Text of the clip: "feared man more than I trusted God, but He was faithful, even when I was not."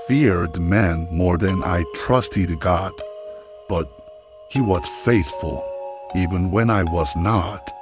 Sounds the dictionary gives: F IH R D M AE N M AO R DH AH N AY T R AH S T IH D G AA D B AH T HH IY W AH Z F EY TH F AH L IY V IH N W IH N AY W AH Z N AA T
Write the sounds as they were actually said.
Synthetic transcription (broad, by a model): F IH R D M AE N M AO R DH AH N AY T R AH S T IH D G AA D B AH T HH IY W AH Z F EY TH F AH L IY V IH N W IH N AY W AH Z N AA T